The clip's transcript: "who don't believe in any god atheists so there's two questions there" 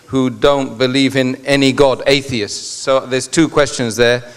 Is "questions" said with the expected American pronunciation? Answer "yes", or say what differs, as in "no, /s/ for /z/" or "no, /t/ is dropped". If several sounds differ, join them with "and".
yes